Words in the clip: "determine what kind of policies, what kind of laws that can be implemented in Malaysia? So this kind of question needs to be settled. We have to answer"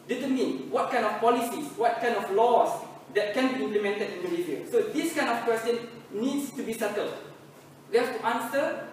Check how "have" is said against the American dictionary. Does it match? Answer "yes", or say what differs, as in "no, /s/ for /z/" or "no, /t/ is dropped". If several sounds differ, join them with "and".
no, /f/ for /v/